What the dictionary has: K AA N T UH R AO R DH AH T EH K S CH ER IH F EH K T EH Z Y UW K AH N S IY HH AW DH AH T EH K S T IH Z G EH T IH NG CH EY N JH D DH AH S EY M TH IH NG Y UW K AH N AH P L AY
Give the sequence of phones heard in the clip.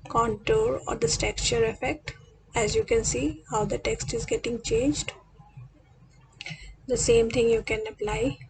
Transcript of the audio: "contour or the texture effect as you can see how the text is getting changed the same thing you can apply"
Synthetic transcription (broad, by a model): K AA N T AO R AO R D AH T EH K CH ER IH F EH K T EH Z Y UW K AH N S IY HH AW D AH T EH K S T IH Z G EH T IH NG CH EY N JH D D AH S EY M T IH NG Y UW K AH N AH P L AY